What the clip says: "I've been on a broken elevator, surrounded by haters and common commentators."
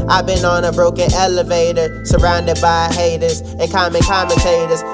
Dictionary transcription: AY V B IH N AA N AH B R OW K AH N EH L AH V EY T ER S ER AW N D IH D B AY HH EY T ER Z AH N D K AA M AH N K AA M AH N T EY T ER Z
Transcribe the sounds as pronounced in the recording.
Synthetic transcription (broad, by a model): AY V B IH N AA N AH B R OW K AH N EH L AH V EY T ER S ER AW N D IH D B AY HH EY T ER Z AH N K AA M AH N K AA M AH N T EY T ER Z